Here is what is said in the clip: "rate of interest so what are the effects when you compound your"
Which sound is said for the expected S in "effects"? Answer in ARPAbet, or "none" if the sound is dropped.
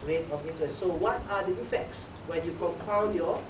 S